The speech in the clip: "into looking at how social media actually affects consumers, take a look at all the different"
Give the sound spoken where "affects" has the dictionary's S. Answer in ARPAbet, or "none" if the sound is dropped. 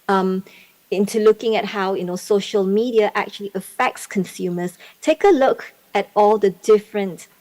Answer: S